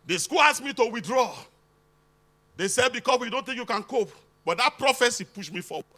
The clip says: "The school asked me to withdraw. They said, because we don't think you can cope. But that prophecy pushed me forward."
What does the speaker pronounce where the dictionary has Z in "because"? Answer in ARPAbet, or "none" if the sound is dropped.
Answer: S